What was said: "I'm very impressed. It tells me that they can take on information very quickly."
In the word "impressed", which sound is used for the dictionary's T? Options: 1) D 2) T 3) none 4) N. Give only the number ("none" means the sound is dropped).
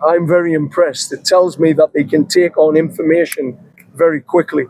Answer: 2